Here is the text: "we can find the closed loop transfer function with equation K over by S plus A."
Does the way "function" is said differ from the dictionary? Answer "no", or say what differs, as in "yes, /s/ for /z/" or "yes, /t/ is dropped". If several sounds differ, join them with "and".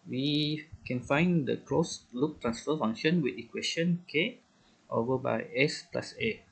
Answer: yes, /k/ is dropped